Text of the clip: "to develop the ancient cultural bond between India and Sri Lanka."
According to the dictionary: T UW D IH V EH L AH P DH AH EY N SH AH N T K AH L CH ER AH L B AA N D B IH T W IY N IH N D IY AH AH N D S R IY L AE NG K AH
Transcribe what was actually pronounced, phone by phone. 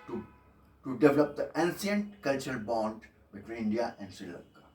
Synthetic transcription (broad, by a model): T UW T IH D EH L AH P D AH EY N S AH N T K AH L CH ER AH L B AA N D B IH T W IY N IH N D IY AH AH N D S IY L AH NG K